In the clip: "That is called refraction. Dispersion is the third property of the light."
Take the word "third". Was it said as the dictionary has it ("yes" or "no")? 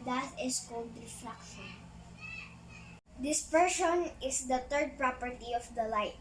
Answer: no